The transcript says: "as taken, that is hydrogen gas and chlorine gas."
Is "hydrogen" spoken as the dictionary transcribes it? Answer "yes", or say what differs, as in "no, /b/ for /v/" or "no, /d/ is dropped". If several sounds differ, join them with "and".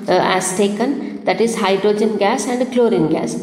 yes